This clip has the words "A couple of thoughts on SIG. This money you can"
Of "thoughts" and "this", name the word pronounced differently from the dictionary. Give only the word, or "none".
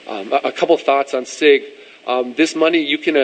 none